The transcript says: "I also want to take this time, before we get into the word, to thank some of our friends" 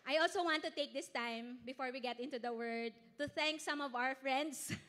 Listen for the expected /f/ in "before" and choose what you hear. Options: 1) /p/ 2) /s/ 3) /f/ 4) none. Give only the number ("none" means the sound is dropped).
3